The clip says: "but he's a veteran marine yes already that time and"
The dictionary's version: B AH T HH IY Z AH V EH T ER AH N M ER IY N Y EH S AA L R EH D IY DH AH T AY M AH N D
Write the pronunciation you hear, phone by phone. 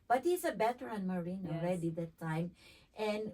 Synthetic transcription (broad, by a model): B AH T HH IY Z AH B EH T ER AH N M ER IY N AA L R EH D IY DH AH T AY M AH N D